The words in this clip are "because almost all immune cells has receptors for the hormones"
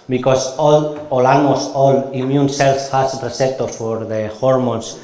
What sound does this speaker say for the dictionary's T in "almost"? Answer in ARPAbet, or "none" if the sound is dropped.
none